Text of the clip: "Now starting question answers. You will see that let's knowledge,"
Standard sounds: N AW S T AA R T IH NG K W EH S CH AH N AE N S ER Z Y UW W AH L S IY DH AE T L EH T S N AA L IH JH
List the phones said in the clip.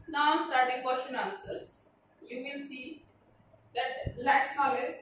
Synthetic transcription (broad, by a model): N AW S T AA R T IH NG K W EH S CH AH N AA N S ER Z Y UW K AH N S IY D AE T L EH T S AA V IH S